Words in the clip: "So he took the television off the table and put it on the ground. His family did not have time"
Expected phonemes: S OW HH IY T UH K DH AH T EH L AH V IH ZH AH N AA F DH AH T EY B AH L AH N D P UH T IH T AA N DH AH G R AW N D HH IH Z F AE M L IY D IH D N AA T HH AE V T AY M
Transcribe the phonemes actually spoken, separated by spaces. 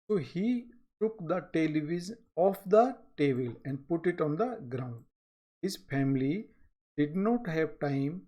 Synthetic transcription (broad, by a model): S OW HH IY T UH K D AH T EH L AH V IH Z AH N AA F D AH T EY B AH L AH N D P UH T IH T AA N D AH G R AW N D HH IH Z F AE M L IY D IH D N AA T HH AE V T AY M